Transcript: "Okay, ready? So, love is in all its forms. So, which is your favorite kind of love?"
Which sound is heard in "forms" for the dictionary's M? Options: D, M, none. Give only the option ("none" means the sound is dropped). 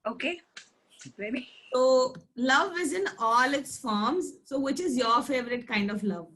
M